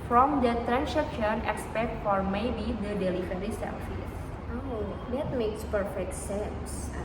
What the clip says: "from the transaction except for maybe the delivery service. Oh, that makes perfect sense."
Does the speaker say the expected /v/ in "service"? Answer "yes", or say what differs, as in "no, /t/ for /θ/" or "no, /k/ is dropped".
no, /f/ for /v/